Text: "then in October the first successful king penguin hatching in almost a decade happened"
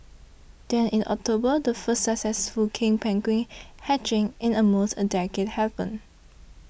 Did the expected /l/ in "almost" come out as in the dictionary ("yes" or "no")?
no